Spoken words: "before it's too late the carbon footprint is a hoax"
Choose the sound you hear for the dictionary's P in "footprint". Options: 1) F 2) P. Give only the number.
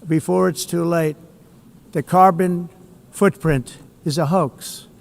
2